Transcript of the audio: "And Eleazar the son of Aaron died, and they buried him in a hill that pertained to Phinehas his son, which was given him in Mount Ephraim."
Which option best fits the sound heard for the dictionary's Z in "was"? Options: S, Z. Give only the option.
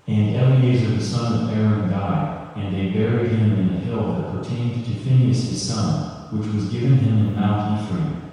Z